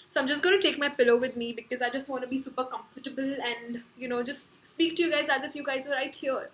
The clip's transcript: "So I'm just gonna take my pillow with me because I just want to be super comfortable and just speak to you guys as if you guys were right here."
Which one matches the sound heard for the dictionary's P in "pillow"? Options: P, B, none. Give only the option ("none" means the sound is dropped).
P